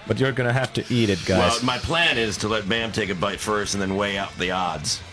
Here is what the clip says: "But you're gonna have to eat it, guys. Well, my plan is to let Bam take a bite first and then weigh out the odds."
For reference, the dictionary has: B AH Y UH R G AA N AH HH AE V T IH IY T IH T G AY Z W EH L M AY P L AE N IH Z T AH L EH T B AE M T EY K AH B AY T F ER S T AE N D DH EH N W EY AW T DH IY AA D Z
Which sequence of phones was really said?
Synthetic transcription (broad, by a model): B AH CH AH R G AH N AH HH AE F T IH IY T IH T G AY W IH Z M AY P L AE N IH Z T AH L EH T B AE M T EY K AH B AY T F ER S T N DH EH N W EY AW T DH IY AA D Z